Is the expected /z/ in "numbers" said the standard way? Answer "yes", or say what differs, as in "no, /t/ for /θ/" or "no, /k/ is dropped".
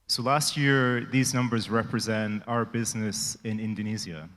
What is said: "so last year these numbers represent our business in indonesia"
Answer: yes